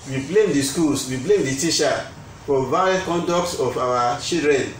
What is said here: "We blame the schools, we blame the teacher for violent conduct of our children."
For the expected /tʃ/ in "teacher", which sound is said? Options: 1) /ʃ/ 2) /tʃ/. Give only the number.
1